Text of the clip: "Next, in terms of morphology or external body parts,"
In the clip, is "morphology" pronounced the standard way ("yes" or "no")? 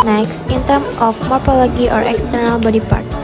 no